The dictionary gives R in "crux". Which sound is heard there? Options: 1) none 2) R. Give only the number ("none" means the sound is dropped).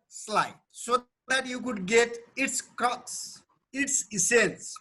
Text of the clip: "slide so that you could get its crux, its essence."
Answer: 1